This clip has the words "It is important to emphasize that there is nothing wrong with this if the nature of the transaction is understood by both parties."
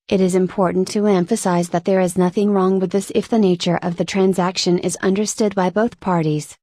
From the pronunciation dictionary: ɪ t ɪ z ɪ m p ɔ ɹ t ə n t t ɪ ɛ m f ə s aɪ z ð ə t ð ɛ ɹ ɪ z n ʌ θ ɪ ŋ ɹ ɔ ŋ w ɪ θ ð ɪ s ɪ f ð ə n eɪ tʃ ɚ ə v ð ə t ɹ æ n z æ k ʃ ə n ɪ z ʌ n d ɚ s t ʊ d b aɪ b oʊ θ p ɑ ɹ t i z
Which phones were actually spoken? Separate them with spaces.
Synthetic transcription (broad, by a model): ɪ t ɪ z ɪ m p ɔ ɹ t n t t ɪ ɛ m f ə s aɪ z ð ə t ð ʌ ɹ ɪ z n ʌ θ ɪ ŋ ɹ ɔ ŋ w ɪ ð ɪ s ɪ f ð ə n eɪ tʃ ɚ ə v ð ə t ɹ æ n z æ k ʃ ə n ɪ z ʌ n d ɚ s t ʊ d b aɪ b oʊ θ p ɑ ɹ t i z